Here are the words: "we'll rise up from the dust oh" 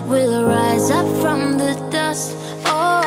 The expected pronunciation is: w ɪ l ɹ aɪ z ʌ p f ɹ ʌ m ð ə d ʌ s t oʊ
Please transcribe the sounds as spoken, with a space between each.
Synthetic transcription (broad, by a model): w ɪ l ɹ aɪ z ʌ p f ɹ ʌ m ð ə d ʌ s t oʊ